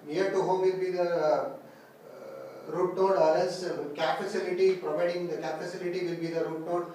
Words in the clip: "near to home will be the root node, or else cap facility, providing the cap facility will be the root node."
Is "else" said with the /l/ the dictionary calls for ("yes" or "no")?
no